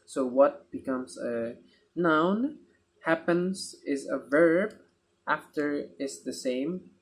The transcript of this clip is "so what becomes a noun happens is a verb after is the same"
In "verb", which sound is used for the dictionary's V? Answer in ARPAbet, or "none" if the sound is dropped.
V